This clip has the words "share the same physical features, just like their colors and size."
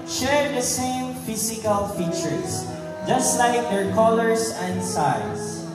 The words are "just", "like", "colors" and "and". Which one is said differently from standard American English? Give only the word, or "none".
colors